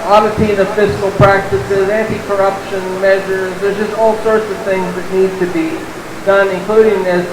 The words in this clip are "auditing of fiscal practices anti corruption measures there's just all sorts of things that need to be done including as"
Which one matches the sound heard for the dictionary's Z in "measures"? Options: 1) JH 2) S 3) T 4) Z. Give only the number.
4